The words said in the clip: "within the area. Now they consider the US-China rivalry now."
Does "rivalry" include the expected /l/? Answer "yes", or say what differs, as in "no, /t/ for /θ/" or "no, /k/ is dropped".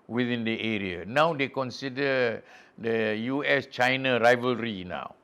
yes